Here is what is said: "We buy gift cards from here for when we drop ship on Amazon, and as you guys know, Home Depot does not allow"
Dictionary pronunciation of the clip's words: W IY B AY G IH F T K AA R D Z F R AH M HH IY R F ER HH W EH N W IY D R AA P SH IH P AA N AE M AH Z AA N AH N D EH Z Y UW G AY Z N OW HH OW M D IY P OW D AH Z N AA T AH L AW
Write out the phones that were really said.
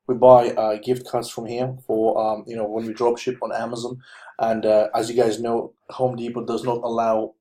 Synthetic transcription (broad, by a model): W IY B AY G IH F T K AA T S F R AH M HH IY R F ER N W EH N W IY D R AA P SH IH P N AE M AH Z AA N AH N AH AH Z Y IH G AY Z N OW HH OW M D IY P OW D AH Z N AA T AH L AW